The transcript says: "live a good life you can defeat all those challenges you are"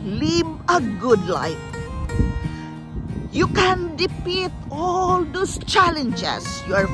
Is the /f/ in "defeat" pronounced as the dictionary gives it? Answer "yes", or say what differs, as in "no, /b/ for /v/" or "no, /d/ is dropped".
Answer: no, /p/ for /f/